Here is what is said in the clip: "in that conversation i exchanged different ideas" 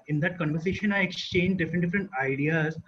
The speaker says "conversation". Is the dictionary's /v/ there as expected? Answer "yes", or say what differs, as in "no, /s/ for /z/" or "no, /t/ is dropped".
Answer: yes